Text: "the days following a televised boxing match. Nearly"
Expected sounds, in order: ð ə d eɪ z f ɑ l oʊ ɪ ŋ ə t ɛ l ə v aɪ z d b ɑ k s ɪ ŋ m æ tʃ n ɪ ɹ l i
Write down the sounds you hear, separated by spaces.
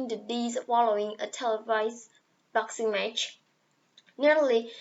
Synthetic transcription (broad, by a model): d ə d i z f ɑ l oʊ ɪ ŋ ə t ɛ l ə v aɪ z b ɑ k s ɪ ŋ m æ tʃ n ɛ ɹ l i